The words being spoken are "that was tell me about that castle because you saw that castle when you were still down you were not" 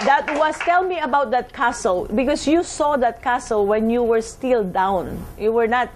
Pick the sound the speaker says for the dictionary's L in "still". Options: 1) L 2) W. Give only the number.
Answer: 1